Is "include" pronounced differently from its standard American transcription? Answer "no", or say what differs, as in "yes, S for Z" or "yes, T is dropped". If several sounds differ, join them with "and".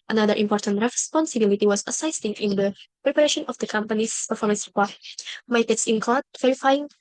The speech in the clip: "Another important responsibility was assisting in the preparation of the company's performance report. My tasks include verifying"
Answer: yes, L is dropped